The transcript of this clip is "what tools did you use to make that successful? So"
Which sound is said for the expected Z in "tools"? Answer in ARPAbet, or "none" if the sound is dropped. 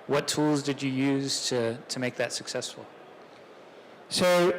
Z